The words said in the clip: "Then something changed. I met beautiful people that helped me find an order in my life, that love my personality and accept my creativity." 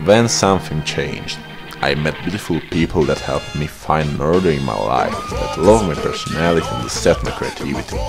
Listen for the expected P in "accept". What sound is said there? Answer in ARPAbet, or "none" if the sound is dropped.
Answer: none